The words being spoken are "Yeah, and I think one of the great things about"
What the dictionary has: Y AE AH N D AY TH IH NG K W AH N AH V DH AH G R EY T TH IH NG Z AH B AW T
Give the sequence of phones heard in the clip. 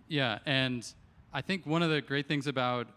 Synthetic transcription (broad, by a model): Y AE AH N AY TH IH NG K W AH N AH V DH AH G R EY T TH IH NG Z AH B AW T